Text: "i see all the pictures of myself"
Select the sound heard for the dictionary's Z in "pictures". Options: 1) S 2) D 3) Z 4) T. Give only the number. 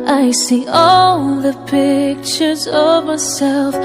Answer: 3